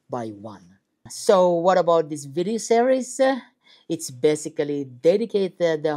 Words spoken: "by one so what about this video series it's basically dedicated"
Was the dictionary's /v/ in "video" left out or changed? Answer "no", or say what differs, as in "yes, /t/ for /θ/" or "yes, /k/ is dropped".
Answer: no